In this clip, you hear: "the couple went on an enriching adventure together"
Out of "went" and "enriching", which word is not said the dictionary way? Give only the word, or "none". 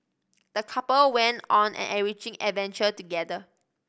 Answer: enriching